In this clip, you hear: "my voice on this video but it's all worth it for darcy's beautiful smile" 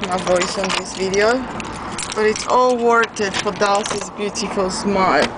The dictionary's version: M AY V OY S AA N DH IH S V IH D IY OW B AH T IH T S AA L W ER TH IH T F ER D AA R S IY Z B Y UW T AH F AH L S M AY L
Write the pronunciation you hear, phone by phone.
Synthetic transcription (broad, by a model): M AY V OY S AA N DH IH S V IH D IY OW B AH T IH T S AA L W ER T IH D F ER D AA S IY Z B Y UW T AH F AH L S M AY